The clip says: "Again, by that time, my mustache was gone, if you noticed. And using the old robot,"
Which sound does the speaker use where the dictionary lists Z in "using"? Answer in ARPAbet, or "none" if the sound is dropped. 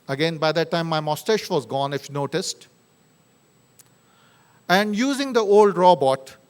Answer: Z